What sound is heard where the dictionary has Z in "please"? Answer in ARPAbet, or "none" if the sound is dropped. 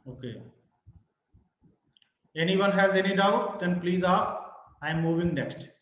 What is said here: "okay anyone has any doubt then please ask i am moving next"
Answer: Z